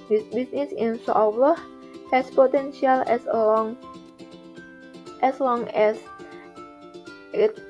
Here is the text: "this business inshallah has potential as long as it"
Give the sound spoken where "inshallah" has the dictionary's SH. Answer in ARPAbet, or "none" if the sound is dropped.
S